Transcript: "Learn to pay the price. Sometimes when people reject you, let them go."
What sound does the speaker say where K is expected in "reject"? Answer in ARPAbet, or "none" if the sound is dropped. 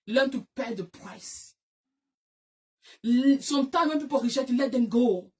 none